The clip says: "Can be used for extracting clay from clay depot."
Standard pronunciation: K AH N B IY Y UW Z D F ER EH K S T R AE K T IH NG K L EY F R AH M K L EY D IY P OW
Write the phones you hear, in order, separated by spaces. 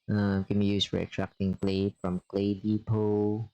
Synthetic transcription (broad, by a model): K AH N B IY Y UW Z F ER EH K T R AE K T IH NG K L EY F R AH M K L EY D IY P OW